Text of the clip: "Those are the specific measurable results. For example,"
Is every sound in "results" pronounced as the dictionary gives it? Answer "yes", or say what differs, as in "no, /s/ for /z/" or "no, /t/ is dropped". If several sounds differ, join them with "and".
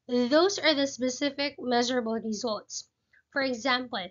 yes